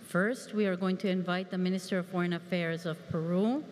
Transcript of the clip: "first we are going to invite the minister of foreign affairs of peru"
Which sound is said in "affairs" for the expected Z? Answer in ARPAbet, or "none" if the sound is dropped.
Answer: Z